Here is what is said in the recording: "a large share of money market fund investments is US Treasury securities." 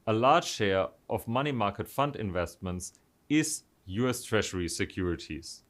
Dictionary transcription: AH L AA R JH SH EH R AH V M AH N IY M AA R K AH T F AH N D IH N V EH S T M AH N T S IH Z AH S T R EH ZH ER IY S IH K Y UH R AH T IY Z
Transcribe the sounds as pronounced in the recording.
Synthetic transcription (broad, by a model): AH L AA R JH SH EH R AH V M AH N IY M AA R K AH T F AH N D IH N V EH S T M AH N T S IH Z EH S T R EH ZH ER IY S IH K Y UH R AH T IY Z